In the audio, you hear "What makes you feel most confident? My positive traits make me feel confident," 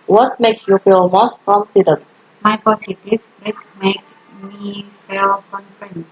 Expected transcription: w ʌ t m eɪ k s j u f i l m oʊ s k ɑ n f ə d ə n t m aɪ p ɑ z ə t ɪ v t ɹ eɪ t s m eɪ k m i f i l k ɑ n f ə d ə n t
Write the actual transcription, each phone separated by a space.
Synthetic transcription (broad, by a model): w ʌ t m eɪ k s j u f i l m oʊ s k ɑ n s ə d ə t m aɪ p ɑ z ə t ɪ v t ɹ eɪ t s m eɪ k m i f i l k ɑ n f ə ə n